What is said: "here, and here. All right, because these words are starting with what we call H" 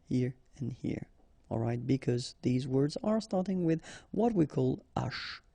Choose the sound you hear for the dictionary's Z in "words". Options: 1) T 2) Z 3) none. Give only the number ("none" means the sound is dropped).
2